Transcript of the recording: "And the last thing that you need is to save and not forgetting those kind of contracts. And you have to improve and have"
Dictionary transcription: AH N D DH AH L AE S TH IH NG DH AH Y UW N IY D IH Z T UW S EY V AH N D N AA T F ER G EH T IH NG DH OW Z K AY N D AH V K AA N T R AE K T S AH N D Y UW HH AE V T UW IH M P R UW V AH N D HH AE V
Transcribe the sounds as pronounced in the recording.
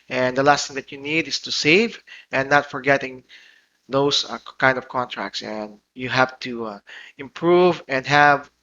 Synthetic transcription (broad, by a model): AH N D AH L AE S T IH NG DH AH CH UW N IY D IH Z T UW S EY V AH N N AA T F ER G EH T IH NG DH OW S K AY N D AH V K AA N T R AE K T S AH N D Y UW HH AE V T UW IH M P R UW V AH N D HH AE V